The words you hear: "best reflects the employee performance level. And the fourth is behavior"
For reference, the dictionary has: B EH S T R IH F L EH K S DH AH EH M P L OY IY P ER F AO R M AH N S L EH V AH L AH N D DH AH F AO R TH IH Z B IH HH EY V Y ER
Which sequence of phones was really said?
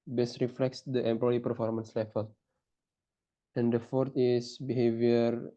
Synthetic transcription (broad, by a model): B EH S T R IH F L EH K S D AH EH M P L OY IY P ER F AO R M AH N S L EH F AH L AH N D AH F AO R T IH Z B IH HH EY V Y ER